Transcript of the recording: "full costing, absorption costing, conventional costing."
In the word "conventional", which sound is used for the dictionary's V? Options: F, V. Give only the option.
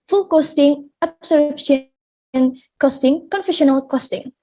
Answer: F